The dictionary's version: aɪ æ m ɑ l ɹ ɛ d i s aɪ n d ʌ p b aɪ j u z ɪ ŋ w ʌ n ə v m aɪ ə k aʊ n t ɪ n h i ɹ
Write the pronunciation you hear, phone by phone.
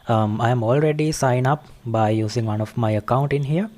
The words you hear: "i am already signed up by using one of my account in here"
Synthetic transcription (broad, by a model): aɪ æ m ɑ l ɹ ɛ d i s aɪ n ʌ p b aɪ j u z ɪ ŋ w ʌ n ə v m aɪ ə k aʊ n t ɪ n h i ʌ